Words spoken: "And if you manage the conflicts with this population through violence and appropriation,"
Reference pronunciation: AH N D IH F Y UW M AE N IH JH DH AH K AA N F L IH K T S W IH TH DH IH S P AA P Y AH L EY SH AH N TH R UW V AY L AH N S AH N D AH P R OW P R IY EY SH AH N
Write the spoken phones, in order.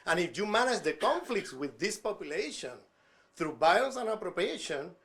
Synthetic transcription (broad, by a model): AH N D IH F Y UW M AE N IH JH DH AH K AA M F L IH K T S W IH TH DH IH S P AA P Y AH L EY SH AH N TH R UW B AY AH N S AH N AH P R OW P R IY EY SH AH N